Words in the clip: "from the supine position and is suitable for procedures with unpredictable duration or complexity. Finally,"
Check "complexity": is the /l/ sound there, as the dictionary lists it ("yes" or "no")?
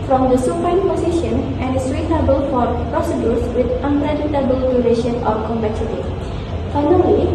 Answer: no